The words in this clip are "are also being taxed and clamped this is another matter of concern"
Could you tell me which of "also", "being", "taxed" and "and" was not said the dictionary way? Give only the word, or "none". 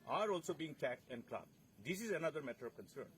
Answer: taxed